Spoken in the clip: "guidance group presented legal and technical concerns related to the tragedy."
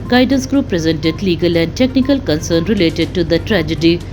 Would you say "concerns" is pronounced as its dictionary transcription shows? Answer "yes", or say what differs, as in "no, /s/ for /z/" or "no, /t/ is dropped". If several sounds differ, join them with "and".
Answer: no, /z/ is dropped